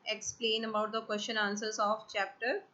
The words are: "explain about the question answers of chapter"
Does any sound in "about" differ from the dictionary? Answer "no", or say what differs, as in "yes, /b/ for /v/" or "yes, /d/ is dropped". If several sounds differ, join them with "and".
no